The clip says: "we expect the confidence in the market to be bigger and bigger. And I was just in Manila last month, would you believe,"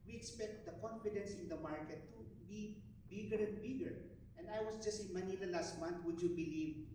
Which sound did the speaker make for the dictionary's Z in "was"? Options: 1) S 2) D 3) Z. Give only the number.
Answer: 1